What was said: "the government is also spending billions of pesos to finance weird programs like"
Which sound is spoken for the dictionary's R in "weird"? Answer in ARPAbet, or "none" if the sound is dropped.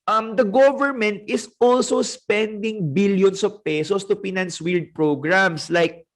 L